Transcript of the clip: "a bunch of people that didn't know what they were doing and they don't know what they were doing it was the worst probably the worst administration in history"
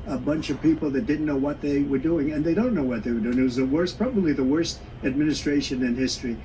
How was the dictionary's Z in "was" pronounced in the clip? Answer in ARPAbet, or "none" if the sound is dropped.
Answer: Z